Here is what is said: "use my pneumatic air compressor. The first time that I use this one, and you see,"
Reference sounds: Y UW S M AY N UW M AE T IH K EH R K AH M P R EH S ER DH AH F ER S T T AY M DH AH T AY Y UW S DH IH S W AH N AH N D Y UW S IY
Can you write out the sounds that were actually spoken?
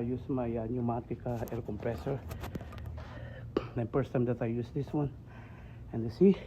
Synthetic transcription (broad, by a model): Y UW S M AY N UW M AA T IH K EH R K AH M P R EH S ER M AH P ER S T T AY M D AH T AY Y UW S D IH S W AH N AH N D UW S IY